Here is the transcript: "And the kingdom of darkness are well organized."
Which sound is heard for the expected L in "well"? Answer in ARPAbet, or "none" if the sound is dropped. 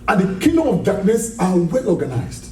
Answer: L